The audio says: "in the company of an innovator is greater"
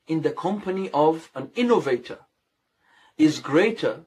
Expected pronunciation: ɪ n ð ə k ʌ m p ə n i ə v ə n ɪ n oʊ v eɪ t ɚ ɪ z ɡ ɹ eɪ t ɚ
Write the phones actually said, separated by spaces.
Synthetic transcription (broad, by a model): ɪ n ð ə k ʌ m p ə n i ə v ə n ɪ n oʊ v eɪ t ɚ ɪ z ɡ ɹ eɪ t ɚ